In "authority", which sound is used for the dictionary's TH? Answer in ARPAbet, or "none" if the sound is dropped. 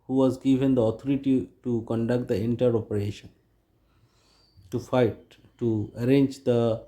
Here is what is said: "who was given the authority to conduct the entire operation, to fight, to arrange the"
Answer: T